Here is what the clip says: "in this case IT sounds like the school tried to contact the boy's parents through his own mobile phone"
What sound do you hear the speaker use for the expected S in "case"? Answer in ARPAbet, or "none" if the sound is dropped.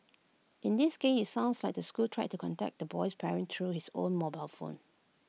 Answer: none